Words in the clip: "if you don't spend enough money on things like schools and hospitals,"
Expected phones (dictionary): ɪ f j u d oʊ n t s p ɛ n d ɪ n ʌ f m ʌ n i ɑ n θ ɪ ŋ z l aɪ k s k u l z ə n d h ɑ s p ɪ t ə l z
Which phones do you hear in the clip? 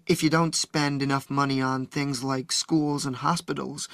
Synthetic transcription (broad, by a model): ɪ f j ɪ d oʊ n t s p ɛ n d ɪ n ʌ f m ʌ n i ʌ n θ ɪ ŋ z l aɪ k s k u l z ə n h ɑ s p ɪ t l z